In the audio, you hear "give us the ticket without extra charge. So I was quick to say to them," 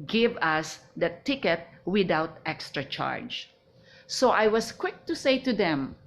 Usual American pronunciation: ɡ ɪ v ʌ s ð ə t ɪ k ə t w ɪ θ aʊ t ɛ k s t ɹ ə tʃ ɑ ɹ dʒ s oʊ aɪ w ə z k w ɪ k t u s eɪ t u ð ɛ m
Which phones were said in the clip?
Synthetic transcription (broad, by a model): ɡ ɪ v ʌ s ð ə t ɪ k ə t w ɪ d aʊ t ɛ k s t ɹ ə tʃ ɑ ɹ dʒ s oʊ aɪ w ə s k w ɪ k t u s eɪ t u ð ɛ m